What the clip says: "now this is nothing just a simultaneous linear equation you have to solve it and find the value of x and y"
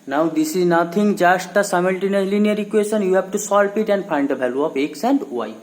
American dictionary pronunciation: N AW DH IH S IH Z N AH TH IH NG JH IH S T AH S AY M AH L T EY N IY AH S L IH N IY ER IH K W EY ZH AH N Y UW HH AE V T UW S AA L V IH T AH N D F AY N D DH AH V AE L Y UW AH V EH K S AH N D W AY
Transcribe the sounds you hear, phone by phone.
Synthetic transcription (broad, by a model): N AW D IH S IH Z N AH T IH NG JH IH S T AH S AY M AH L T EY N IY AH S L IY N IY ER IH K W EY SH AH N Y UW HH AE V T UW S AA L P IH T AH N D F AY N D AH B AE L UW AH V EH K S AH N D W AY